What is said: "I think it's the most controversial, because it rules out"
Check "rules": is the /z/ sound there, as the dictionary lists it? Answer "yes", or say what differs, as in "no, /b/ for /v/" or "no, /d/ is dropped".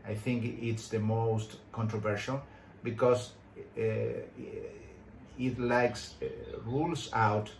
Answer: no, /s/ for /z/